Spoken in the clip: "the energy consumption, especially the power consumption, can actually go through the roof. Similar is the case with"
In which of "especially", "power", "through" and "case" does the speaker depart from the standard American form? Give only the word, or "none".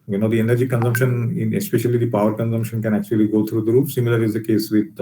through